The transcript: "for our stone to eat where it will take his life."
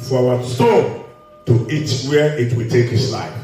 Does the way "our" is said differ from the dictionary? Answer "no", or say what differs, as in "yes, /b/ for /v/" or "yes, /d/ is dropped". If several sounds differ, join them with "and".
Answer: yes, /w/ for /ɹ/